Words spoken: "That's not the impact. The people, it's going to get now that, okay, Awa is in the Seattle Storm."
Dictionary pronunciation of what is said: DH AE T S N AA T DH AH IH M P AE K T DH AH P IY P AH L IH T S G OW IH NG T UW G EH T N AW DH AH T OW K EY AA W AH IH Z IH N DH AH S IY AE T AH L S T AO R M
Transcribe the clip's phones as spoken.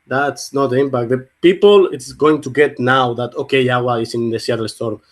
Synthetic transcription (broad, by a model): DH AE T S N AA T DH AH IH M P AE K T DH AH P IY P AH L IH T S G OW IH NG T UW G EH T N AW DH AH T OW K EY AA W AH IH S IH N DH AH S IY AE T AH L S T AO R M